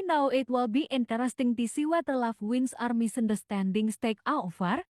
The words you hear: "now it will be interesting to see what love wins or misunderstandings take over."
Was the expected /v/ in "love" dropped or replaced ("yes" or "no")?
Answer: yes